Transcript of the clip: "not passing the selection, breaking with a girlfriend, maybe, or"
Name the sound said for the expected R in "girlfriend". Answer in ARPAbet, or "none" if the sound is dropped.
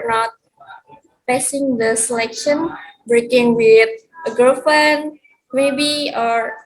none